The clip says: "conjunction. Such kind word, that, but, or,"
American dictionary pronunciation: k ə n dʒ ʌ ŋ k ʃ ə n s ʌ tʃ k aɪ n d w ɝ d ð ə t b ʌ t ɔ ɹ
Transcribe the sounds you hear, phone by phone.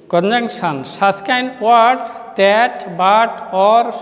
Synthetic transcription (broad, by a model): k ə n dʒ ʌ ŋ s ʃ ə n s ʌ s k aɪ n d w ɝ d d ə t b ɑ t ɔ ɹ